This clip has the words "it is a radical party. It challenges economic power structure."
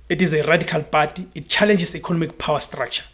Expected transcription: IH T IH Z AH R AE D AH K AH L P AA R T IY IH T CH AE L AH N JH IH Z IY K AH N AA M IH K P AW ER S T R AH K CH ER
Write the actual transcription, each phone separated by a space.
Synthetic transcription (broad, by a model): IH T IH Z AH R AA D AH K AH L B AA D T IY T CH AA L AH N JH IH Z IY K AH N AA M IH K P AW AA S T R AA K CH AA